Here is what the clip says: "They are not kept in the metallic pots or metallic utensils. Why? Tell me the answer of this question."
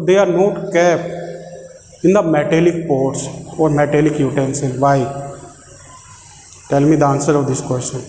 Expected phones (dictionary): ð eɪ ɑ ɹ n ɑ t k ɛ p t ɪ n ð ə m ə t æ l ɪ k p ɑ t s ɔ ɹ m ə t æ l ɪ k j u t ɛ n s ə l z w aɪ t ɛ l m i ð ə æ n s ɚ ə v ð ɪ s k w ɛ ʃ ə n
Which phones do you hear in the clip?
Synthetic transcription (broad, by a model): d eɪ ɑ ɹ n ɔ t k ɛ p ɪ n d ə m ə t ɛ l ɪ k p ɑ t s ɔ ɹ m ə t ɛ l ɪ k j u t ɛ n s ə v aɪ t ɛ l m i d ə n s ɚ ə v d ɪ s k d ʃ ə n